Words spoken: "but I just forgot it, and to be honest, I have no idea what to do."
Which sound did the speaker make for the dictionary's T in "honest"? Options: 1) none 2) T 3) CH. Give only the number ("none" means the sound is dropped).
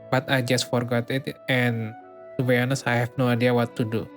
1